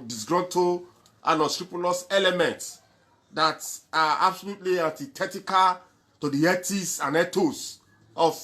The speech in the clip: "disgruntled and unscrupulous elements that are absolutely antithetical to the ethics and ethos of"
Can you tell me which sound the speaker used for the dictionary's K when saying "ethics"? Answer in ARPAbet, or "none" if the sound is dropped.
none